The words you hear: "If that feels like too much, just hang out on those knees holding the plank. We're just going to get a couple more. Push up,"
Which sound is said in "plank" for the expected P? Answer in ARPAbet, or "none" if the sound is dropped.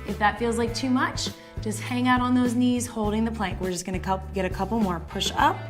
P